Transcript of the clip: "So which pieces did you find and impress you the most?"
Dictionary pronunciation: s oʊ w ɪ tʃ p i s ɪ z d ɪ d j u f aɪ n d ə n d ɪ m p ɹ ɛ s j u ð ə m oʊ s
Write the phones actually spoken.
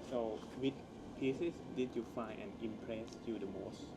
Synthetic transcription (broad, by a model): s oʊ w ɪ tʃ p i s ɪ s d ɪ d j u f aɪ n ə n ɪ m p ɹ ɛ s j u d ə m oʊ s